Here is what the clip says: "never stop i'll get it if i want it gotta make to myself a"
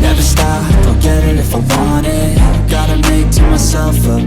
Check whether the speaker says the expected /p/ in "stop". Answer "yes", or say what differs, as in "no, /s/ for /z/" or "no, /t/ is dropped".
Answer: no, /f/ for /p/